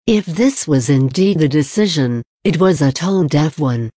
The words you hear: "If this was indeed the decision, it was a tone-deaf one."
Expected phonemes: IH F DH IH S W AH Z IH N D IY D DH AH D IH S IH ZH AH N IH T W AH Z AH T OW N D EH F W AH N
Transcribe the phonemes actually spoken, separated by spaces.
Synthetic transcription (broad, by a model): IH F DH IH S W AH Z IH N D IY D DH AH D IH S IH ZH AH N IH T W AH Z AH T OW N D EH F W AH N